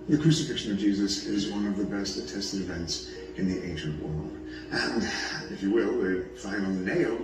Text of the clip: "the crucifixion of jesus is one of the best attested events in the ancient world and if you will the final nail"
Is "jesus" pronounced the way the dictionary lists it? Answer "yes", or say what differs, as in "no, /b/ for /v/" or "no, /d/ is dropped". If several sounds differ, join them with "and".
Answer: yes